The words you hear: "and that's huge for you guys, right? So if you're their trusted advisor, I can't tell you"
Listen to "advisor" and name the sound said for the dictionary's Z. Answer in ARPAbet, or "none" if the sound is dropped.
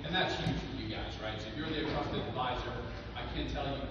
Z